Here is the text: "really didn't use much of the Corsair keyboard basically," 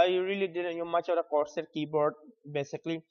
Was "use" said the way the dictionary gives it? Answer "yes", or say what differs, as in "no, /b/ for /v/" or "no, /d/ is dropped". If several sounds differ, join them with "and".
no, /s/ is dropped